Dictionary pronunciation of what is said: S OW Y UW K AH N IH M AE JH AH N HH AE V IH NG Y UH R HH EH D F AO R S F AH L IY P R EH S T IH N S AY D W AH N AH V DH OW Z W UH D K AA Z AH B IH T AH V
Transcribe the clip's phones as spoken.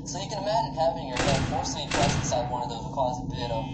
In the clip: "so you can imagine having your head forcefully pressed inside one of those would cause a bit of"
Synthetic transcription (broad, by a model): S OW Y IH K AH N IH M AE JH AH N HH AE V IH NG Y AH R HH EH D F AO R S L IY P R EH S IH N S AY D W AH N AH V DH OW Z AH K AA Z AH B IH T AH